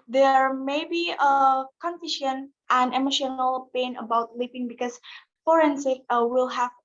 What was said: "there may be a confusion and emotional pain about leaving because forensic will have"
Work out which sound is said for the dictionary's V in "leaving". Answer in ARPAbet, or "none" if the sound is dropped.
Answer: P